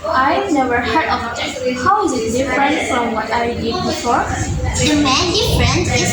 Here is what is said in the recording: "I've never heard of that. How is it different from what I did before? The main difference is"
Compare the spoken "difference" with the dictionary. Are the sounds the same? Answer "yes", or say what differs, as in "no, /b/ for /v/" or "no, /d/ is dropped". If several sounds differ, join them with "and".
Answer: no, /f/ is dropped